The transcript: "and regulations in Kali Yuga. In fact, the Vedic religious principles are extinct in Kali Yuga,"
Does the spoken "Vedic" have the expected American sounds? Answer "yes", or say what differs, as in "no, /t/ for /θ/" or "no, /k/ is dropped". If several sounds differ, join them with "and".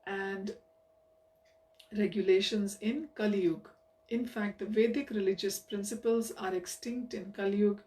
yes